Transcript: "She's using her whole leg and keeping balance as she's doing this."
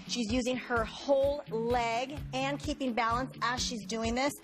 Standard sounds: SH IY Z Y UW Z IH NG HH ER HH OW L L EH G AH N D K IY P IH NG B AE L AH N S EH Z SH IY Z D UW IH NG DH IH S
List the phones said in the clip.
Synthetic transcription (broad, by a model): SH IY Z Y UW Z IH NG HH ER HH OW L L EH G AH N K IY P IH NG B AE L AH N S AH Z SH IY Z D UW IH NG DH IH S